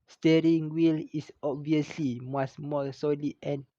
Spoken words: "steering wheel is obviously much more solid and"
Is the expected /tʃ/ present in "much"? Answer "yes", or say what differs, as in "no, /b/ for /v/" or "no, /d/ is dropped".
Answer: no, /s/ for /tʃ/